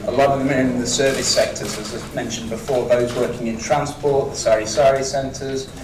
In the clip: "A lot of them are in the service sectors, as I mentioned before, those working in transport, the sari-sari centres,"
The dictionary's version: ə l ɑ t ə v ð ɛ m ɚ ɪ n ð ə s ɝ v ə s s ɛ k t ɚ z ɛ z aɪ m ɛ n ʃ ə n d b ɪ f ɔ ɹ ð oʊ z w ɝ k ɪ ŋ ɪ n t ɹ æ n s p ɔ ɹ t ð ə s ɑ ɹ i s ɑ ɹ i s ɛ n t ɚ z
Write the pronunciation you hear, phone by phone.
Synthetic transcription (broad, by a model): ə l ɑ t ə v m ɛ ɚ ɪ n ð ə s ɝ v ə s s ɛ k t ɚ z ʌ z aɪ m ɛ n ʃ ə n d b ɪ f ɔ ð oʊ z w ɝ k ɪ ŋ ɪ n t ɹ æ n s p ɔ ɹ t ð ə s ɑ ɹ i s ɑ ɹ i s ɛ n t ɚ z